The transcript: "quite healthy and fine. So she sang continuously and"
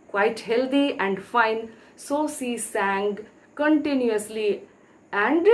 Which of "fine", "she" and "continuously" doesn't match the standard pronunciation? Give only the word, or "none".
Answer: she